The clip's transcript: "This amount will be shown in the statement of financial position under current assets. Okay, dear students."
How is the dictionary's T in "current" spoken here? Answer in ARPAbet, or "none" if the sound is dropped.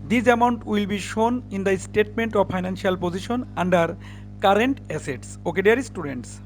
T